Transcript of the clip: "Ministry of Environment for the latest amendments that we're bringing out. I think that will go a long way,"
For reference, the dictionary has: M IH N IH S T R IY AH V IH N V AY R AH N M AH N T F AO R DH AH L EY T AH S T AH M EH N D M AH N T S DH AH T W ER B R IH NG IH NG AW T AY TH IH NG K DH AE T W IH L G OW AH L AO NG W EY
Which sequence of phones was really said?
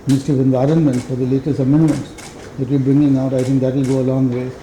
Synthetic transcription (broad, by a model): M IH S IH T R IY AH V IH N V AY R AH N M AH N T F AO R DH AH L EY T AH S T AH M EH N D M AH N T S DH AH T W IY B R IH NG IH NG AW T AY T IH NG K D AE T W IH L G OW AH L AO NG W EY